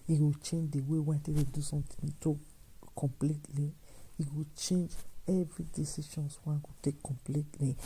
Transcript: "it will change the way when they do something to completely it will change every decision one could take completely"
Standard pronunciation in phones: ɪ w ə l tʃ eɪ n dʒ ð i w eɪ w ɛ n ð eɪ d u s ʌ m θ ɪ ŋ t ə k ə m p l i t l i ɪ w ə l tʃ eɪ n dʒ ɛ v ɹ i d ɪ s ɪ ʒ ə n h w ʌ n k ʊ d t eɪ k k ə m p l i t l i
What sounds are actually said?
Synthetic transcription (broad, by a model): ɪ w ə tʃ eɪ n dʒ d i w eɪ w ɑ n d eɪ d u s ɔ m t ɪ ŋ t ə k ə m p l i t l i ɪ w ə tʃ eɪ n dʒ ɛ v ɹ i d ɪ s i ʃ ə n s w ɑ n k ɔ t eɪ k k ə m p l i t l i